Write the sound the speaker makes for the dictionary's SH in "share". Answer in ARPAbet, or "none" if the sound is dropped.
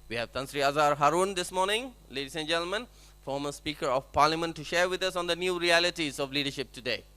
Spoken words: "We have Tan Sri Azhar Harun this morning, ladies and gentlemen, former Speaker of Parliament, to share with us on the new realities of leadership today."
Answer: SH